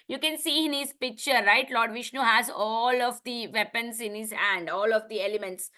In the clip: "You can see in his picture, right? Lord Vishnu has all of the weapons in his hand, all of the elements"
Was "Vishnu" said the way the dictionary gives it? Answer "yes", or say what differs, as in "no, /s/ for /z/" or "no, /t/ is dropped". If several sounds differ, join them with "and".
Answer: yes